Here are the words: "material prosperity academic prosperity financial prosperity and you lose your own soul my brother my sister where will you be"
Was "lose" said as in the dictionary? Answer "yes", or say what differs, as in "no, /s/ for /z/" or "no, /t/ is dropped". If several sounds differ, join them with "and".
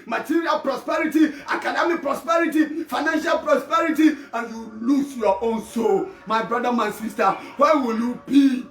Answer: no, /s/ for /z/